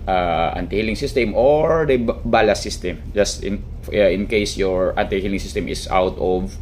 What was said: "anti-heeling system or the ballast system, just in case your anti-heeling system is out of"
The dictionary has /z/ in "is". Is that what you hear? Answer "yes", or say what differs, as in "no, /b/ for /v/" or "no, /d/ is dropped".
no, /s/ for /z/